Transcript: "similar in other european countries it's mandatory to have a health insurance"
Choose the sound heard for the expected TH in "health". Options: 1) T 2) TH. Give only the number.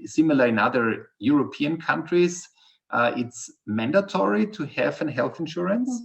2